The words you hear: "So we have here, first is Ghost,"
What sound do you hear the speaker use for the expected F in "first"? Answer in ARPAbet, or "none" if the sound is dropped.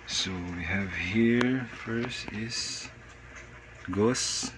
F